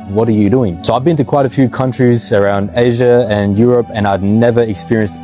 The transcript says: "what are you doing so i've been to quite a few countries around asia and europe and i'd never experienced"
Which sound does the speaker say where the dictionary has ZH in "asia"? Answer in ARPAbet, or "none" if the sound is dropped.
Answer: ZH